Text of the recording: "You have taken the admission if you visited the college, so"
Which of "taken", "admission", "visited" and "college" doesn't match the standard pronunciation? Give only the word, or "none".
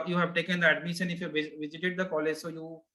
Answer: admission